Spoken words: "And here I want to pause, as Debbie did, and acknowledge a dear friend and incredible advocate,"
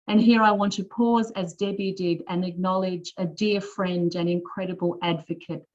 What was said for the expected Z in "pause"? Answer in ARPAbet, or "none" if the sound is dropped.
Z